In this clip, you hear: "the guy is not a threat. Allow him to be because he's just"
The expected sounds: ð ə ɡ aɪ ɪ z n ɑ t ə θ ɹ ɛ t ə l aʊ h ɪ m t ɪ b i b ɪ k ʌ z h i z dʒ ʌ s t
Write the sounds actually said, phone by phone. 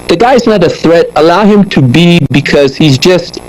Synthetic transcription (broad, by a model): ð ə ɡ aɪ ɪ z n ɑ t ə θ ɹ ɛ t ə l aʊ h ɪ m t ɪ b i b ɪ k ʌ z h i z dʒ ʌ s t